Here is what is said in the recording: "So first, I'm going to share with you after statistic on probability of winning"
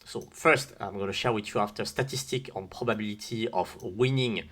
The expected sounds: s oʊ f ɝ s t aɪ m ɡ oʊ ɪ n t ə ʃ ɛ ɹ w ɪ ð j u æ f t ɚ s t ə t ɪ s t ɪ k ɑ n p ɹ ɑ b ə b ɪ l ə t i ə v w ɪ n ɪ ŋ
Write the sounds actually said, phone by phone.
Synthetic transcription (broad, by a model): s oʊ f ɝ s t aɪ m ɡ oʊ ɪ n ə ʃ ɛ ɹ w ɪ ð j u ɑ f t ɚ s t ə t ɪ s t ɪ k ɑ n p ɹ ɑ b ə b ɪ l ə t i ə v w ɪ n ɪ ŋ